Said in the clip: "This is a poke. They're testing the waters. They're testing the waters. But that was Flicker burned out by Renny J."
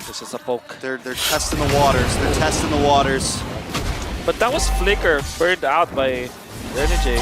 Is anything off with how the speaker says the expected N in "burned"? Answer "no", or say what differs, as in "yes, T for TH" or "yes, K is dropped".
yes, N is dropped